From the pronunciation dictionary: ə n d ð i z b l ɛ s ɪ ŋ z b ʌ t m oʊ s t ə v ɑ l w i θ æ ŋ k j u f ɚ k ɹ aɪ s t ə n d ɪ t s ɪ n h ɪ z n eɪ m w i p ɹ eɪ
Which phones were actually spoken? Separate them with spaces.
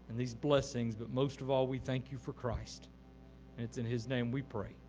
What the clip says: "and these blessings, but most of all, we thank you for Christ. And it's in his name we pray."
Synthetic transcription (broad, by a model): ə n ð i z b l ɛ s ɪ ŋ z b ʌ t m oʊ s t ə v ɑ l w i θ æ ŋ k j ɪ f ɚ k ɹ aɪ s t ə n ɪ t s ɪ n ɪ z n eɪ m w i p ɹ eɪ